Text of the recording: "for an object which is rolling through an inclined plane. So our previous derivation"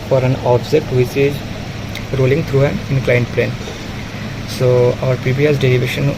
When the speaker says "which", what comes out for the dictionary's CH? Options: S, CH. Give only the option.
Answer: S